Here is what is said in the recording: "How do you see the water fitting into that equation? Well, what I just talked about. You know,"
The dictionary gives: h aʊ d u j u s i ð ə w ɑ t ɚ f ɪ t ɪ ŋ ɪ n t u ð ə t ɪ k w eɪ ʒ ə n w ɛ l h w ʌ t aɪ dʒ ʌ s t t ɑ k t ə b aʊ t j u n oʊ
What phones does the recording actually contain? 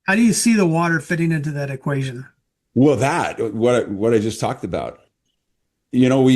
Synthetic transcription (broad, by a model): h aʊ d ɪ j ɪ s i ð ə w ɑ t ɚ f ɪ t ɪ ŋ ɪ n t u ð ə t ɪ k w eɪ ʒ ə n w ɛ l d w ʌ t aɪ dʒ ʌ s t t ɑ k t ə b aʊ t j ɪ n oʊ